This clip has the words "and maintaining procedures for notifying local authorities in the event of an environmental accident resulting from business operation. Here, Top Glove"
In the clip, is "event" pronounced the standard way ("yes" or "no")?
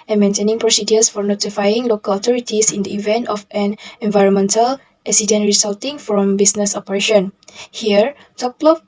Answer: yes